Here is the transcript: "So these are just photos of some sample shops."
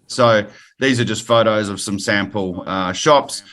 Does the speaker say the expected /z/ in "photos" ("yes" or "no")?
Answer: yes